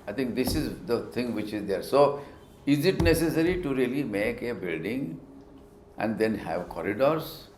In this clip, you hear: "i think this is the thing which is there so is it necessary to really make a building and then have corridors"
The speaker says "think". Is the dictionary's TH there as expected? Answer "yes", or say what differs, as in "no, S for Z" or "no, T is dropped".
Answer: no, T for TH